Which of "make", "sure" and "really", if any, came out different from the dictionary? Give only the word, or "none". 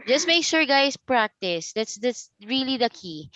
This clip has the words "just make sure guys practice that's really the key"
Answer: sure